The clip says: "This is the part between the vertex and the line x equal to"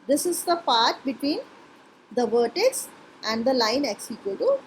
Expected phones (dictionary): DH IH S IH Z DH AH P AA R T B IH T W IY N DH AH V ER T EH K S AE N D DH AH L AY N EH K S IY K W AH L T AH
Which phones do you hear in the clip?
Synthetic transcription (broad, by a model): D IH S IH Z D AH P AA R T B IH T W IY N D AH V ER T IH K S AE N D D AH L AY N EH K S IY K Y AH T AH